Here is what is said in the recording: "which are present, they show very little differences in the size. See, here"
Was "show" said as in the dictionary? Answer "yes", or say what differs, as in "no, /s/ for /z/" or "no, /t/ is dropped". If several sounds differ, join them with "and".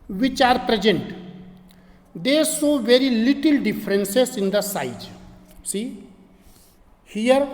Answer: no, /s/ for /ʃ/